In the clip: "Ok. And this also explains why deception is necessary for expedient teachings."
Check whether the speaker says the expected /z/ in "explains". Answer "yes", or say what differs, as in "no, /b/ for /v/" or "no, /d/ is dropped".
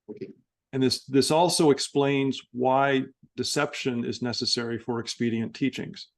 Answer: yes